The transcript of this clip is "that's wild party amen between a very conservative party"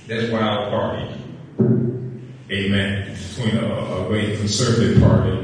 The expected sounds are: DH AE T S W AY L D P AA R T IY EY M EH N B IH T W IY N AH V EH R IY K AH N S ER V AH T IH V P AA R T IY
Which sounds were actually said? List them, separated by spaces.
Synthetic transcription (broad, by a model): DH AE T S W AY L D P AA R T IY EY M EH N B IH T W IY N AH W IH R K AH N S ER V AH T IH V P AA R T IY